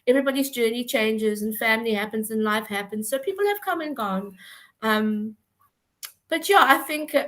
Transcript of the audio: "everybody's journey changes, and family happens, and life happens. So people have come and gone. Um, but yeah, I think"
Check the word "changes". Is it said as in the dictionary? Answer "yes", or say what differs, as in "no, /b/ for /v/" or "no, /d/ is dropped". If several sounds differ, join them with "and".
yes